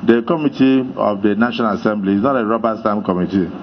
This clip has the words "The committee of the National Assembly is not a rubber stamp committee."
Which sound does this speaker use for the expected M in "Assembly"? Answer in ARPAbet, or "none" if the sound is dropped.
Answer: M